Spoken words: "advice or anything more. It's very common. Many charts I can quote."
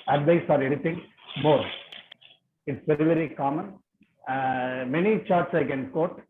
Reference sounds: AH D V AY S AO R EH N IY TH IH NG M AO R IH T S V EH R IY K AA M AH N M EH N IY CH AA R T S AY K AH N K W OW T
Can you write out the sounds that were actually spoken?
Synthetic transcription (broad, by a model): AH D V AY S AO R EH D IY T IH NG M AO R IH T S V EH R IY K AA M AH N M EH N IY CH AA R T S AY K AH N K OW T